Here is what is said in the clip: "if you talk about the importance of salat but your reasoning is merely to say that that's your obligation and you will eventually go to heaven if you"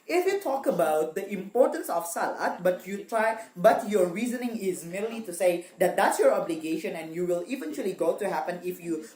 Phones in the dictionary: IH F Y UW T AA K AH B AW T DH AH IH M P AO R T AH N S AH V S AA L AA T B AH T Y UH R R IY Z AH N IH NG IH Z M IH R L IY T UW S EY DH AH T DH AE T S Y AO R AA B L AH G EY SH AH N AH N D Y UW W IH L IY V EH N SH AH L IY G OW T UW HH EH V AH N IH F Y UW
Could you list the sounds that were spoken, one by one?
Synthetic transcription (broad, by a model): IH F Y UW T AA K AH B AW T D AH IH M P AO R T AH N S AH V S AA L AA T B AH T Y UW R R IY Z AH N IH NG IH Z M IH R L IY T UW S EY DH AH T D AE T S Y AO R AA B L AH G EY SH AH N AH N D Y UW W IH L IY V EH N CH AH L IY G OW T UW HH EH P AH N IH F Y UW